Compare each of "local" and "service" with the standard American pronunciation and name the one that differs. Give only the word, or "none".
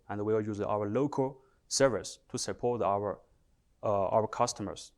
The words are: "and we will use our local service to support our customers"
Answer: none